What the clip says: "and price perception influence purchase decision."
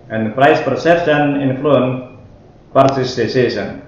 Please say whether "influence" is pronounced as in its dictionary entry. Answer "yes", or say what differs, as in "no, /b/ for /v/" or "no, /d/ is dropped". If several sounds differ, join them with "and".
no, /s/ is dropped